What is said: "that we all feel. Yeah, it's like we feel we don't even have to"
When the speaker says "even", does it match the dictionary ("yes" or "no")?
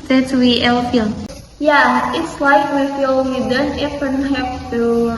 no